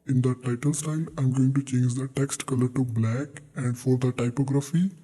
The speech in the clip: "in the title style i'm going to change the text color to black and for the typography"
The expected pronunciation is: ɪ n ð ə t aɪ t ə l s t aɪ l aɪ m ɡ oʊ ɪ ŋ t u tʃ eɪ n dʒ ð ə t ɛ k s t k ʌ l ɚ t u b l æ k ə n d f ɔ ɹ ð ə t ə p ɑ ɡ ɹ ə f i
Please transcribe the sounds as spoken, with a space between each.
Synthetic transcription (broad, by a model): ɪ n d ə t aɪ t ə l s t aɪ l aɪ m ɡ oʊ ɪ ŋ t u tʃ eɪ n dʒ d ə t ɛ k s t k ʌ l ɚ t u b l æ k ə n d f ɔ ɹ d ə t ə p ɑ ɡ ɹ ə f i